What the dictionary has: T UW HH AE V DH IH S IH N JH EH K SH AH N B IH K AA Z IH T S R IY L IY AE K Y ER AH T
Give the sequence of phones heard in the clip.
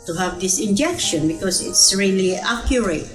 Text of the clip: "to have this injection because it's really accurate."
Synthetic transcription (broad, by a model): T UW HH AE V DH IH S IH N JH EH K SH AH N B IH K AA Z IH T S R IY L IY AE K Y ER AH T